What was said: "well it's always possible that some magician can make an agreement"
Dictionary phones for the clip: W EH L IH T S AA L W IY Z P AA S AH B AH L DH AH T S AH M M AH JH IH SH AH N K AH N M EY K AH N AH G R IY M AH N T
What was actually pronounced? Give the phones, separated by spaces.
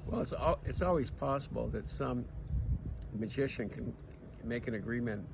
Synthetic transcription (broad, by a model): W EH L IH T S AA L W IY Z P AA S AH B L DH AH T S AH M M AH JH IH SH AH N K AH N M EY K AH N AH G R IY M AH N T